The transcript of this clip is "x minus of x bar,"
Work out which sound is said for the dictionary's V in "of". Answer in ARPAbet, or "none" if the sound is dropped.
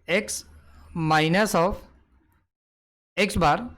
P